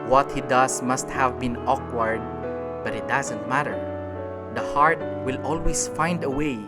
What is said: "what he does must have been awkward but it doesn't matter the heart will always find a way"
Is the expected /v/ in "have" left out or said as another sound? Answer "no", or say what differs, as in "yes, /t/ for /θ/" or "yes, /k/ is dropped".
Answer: no